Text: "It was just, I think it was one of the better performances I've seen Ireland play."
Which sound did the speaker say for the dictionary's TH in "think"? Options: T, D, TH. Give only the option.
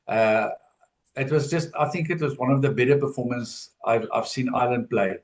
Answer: TH